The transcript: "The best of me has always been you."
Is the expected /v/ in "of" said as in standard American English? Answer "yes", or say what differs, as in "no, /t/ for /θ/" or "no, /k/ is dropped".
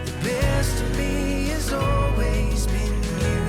yes